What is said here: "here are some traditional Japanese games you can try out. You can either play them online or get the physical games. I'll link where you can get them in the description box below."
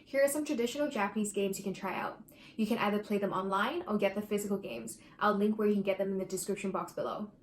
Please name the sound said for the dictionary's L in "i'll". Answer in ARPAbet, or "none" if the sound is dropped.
L